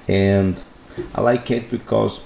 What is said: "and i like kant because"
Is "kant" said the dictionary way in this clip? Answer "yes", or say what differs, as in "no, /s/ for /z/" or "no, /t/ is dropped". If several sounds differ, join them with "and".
no, /n/ is dropped